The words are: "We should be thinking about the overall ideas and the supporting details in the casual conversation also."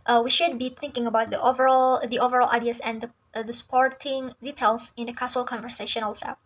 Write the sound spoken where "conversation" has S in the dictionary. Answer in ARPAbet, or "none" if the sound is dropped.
S